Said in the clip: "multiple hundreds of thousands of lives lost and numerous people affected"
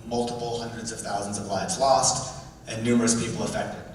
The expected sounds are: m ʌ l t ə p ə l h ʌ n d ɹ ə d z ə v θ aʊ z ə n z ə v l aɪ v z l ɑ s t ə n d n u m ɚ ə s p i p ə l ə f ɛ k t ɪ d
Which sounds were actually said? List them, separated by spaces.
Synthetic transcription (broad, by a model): m ʌ l t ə p l h ʌ n d ɹ ə d z ə v θ aʊ z n z ə v l aɪ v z l ɑ s t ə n n u m ɚ ə s p i p l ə f ɛ k t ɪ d